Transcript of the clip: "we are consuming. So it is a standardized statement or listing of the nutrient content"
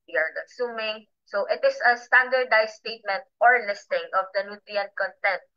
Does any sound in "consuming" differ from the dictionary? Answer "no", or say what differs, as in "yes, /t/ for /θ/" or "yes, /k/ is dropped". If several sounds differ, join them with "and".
yes, /n/ is dropped